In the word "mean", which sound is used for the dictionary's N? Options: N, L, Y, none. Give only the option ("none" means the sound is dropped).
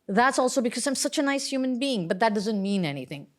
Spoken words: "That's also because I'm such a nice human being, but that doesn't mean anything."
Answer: N